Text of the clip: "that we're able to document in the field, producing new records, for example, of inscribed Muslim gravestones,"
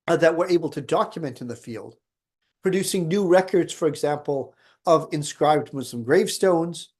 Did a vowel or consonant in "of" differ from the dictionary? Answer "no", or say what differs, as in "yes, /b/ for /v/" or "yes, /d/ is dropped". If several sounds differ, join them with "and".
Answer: no